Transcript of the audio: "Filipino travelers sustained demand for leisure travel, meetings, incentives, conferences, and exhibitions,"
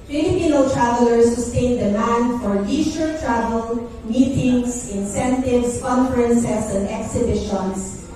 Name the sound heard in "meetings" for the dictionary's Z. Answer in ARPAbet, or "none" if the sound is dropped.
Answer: S